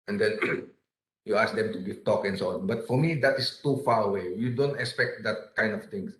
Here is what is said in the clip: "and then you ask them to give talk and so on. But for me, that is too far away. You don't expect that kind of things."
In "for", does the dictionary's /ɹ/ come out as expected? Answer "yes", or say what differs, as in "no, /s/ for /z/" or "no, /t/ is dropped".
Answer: yes